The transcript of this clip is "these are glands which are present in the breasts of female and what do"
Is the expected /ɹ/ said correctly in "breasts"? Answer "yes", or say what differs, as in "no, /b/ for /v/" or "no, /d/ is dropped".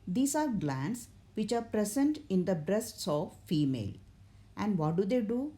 yes